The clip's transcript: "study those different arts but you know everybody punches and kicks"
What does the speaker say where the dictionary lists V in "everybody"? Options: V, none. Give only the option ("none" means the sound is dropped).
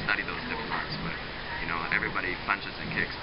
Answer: V